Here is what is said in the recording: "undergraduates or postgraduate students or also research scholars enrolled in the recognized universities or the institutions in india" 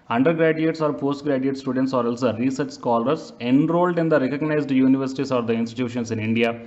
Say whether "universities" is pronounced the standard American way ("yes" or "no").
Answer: no